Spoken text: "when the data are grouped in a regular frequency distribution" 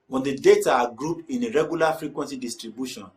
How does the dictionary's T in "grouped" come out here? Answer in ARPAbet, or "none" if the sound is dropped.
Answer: none